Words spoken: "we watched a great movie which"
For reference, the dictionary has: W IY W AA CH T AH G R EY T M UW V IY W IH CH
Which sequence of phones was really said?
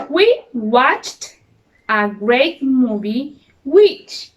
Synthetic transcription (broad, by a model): W IY W AA CH T AH G R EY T M UW V IY W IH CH